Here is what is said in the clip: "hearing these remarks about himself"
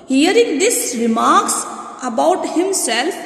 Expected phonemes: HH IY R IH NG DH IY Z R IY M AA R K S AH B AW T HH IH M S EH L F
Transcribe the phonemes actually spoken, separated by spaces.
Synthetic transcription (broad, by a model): HH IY R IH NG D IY S R IY M AA R K S AH B AW T HH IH M S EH L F